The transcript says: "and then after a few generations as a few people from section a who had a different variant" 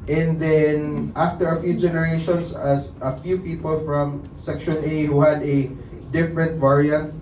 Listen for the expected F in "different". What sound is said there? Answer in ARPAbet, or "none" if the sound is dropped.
F